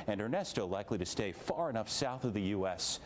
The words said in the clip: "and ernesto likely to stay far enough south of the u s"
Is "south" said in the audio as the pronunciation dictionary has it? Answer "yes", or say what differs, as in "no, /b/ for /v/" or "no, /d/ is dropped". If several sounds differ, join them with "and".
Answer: yes